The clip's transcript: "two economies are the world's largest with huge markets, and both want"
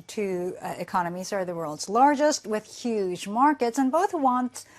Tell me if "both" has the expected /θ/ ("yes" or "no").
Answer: yes